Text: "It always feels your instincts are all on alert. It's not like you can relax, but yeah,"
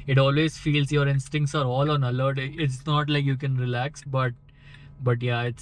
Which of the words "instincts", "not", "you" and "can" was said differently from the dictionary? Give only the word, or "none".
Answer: none